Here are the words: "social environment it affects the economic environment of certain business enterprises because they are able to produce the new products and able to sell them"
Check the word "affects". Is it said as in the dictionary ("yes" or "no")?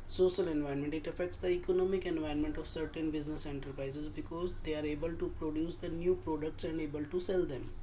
yes